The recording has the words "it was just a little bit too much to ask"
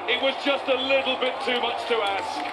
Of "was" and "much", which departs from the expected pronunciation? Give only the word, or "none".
none